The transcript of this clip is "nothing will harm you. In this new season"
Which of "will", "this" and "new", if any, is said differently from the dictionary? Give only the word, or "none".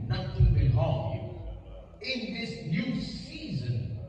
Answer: will